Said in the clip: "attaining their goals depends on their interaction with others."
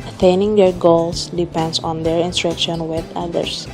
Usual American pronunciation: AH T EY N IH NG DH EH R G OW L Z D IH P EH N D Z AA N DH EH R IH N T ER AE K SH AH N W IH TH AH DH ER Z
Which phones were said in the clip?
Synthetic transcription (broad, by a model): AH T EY N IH NG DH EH R G OW L S D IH P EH N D S AA N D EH R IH N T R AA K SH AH N W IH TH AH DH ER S